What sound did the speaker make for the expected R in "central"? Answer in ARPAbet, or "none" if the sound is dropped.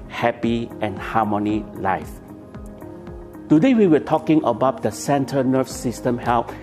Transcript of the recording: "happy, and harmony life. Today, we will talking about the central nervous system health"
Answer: none